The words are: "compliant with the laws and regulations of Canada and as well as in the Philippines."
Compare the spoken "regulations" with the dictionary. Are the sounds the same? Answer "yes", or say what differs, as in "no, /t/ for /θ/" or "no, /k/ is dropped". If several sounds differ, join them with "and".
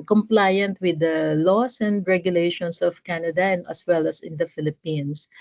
no, /s/ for /z/